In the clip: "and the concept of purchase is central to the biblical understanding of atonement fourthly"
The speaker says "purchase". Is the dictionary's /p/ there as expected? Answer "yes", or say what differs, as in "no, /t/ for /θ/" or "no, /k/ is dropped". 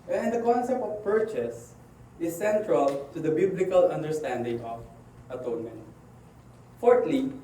yes